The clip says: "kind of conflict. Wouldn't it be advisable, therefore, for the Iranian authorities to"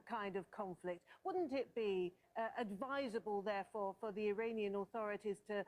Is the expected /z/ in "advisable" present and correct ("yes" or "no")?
yes